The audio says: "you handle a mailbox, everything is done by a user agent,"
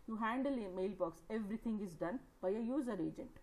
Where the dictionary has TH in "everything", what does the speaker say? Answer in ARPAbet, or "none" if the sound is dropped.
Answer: T